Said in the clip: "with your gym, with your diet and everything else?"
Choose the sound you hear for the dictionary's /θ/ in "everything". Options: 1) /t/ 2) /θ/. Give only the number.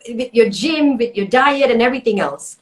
2